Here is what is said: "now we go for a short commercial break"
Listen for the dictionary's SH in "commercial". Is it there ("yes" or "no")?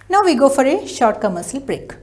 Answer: no